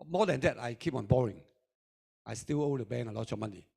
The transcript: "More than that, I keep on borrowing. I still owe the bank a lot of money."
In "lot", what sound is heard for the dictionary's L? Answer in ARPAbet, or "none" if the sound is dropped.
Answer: L